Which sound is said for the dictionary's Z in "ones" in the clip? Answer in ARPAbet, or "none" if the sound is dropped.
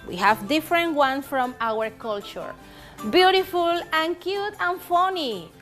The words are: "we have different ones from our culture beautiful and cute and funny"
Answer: none